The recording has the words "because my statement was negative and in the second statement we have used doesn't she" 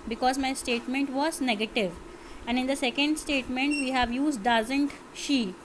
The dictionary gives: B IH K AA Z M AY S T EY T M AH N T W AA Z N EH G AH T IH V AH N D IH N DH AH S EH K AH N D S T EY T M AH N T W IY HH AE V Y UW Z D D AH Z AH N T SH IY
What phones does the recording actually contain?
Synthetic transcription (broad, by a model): B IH K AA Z M AY S T EY T M AH N T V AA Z N EH G AH T IH V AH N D IH N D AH S EH K AH N D S T EY T M AH N T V IY HH AE V Y UW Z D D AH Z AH N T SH IY